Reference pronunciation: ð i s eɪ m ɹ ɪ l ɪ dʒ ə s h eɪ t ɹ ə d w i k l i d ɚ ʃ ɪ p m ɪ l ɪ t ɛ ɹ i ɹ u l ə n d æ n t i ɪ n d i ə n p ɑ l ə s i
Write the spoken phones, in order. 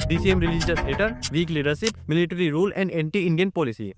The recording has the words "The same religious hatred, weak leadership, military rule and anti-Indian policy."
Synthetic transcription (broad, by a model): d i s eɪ m ɹ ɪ l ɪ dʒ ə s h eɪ t ə d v i k l i d ɚ ʃ ɪ p m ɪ l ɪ t ɹ i ɹ u l ə n d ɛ n t i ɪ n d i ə n p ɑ l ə s i